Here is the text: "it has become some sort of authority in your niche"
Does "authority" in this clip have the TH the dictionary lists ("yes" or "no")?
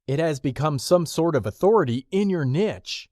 yes